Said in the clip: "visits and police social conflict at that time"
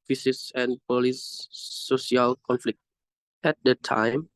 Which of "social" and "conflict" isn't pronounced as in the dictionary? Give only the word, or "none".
social